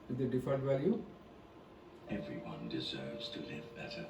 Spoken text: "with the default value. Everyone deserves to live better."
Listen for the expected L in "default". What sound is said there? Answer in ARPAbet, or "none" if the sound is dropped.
N